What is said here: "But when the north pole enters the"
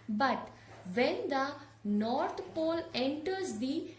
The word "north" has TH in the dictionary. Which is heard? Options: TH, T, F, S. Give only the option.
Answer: T